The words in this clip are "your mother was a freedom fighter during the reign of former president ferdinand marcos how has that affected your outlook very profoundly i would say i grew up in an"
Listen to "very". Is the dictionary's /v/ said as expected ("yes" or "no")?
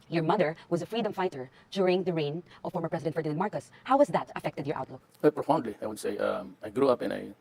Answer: no